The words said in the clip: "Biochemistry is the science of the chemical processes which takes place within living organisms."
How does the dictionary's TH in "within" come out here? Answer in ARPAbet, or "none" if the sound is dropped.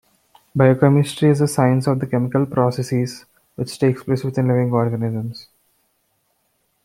T